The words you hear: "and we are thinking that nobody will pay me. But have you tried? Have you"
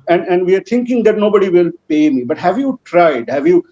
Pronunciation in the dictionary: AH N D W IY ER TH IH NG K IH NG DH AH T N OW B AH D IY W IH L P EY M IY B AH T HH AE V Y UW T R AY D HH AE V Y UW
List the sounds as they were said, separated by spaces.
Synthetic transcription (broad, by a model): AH N D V IY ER T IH NG K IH NG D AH T N OW B AH D IY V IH L P EY M IY B AH T HH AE V Y UW T R AY D HH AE V Y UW